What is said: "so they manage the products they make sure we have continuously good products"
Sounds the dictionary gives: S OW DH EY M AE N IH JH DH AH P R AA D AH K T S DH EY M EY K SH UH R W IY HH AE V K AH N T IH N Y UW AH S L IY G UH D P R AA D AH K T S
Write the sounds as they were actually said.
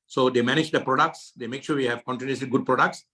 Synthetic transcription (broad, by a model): S OW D EY M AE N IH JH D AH P R AA D AH K T S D EY M EY K SH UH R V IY HH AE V K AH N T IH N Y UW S IY G UH D P R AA D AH K T S